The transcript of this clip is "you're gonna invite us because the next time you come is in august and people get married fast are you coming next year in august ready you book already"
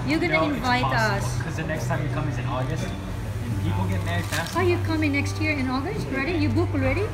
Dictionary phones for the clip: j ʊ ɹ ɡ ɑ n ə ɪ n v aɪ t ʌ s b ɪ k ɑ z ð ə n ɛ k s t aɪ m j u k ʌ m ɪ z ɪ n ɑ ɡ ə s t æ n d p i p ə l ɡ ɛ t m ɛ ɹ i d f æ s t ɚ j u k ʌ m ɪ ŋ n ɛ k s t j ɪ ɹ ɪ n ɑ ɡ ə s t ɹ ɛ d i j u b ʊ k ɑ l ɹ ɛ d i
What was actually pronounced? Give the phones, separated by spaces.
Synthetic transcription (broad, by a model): j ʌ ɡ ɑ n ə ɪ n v aɪ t ʌ s k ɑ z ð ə n ɛ k s t aɪ m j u k ʌ m ɪ z ɪ n ɑ ɡ ə s t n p i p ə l ɡ ɛ t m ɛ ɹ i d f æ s ɚ j u k ʌ m ɪ ŋ n ɛ k s t j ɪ ɹ ɪ n ɑ ɡ ə s t ɹ ɛ d i j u b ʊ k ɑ l ɹ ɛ d i